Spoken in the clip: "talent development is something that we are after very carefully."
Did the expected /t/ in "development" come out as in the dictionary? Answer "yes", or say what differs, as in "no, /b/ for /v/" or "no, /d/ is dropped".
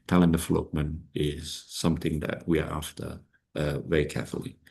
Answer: no, /t/ is dropped